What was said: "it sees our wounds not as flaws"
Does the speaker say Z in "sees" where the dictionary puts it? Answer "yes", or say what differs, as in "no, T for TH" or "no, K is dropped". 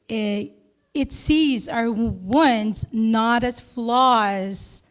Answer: yes